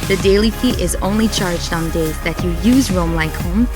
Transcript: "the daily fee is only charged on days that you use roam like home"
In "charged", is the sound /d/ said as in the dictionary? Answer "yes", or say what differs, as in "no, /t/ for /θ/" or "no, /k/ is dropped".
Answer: yes